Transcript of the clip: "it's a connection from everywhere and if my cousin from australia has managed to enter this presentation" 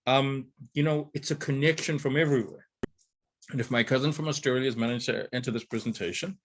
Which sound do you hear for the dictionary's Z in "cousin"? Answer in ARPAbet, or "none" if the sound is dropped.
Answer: Z